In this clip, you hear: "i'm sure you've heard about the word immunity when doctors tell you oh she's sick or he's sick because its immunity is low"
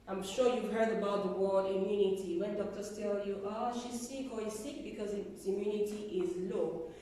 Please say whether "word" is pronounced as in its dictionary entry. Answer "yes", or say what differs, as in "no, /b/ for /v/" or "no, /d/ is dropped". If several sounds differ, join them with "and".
no, /d/ is dropped